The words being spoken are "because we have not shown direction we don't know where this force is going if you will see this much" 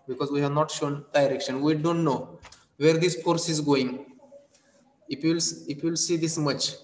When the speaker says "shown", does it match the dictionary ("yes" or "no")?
yes